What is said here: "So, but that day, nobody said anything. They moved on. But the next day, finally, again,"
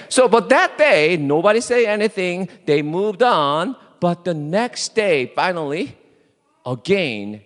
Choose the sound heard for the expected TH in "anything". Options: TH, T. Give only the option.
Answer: TH